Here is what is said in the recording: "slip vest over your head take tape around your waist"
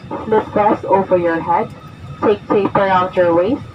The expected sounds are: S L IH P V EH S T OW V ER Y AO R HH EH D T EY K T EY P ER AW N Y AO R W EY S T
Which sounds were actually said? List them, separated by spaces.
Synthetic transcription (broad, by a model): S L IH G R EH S OW V ER Y AO R HH EH D T EY K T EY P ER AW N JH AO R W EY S